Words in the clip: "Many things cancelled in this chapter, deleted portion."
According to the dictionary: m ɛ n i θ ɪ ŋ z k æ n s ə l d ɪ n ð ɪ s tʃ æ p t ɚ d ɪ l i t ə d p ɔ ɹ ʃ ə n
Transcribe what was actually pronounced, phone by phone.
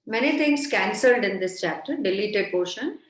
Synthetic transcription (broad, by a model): m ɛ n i t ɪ ŋ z k æ n s ə l d ɪ n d ɪ s tʃ æ p t ɚ d ɪ l i t ə d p ɔ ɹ ʃ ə n